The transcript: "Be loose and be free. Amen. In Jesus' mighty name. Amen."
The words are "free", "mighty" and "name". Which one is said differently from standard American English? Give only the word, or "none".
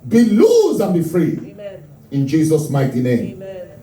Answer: name